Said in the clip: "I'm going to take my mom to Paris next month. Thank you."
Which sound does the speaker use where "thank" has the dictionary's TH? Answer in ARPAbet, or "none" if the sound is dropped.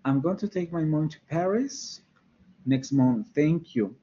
TH